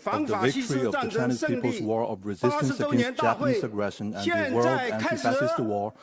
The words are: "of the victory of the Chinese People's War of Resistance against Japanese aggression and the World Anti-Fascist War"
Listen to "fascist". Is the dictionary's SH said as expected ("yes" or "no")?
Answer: no